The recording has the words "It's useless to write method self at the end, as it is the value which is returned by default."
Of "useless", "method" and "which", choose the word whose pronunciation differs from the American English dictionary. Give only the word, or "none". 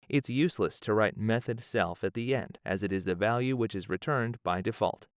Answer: none